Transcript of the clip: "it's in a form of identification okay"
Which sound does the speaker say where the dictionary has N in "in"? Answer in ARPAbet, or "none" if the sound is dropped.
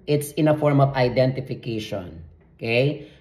N